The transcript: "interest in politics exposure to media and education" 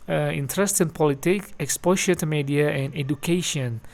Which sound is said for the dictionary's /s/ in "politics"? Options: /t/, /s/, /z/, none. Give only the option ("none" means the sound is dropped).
none